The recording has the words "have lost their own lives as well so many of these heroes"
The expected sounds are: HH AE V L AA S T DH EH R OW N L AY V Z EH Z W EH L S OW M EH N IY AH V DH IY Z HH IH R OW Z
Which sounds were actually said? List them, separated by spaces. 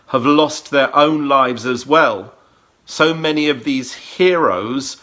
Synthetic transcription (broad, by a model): HH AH V L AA S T DH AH R OW N L AY V Z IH Z W EH L S OW M EH N IY AH V DH IY Z HH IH R OW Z